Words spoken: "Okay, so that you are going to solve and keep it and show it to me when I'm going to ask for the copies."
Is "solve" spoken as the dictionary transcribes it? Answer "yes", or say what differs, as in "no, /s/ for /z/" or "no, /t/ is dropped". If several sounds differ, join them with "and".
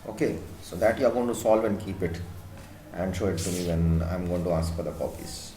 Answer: yes